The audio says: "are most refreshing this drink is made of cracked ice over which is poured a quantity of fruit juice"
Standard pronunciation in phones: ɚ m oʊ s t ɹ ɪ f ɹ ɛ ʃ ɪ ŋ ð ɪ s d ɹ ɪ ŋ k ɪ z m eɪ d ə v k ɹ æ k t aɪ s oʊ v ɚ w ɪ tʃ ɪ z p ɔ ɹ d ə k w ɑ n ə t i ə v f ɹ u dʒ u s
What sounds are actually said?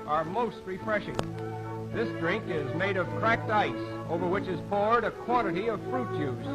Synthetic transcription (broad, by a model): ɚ m oʊ s t ɹ ɪ f ɹ ɛ ʃ ɪ ŋ ð ɪ s d ɹ ɪ ŋ k ɪ z m eɪ d ə v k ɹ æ k t aɪ s oʊ v ɚ w ɪ tʃ ɪ z p ɔ ɹ d ə k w ɑ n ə t i ə v f ɹ u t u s